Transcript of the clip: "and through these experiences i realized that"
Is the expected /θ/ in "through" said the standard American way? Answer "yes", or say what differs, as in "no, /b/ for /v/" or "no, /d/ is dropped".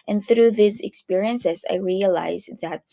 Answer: yes